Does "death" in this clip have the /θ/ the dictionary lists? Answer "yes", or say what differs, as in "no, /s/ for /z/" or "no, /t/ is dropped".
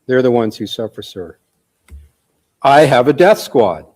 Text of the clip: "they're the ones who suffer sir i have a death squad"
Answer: yes